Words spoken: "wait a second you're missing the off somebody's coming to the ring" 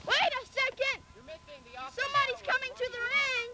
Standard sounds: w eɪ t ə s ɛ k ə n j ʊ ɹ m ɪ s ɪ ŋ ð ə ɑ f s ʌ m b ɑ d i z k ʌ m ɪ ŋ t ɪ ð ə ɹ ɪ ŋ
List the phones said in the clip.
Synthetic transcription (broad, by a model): w eɪ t ə s ɛ k ə n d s s ʌ m b ɑ d i z k ʌ m ɪ ŋ t ɪ ð ə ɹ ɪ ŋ